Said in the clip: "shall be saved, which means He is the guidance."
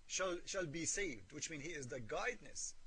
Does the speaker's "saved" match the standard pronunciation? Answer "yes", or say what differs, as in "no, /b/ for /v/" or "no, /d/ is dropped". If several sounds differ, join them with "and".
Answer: yes